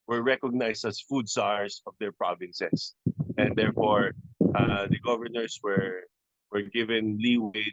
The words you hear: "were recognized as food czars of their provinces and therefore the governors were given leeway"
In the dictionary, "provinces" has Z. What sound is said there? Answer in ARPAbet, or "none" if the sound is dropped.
S